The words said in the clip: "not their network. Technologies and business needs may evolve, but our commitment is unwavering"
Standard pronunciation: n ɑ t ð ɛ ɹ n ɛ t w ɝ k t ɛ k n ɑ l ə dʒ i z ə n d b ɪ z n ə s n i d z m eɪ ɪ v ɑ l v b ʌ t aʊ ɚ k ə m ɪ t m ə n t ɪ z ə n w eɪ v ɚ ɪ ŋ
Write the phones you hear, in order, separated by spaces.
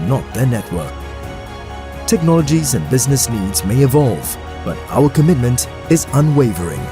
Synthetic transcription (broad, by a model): n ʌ t ð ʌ ɹ n ɛ t w ɝ k t ɛ k n ɑ l ə dʒ i z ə n b ɪ z n ə s n i d z m eɪ ɪ v ɑ l v b ʌ t aʊ ɚ k ə m ɪ t m ə n t ɪ z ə n w eɪ v ɚ ɪ ŋ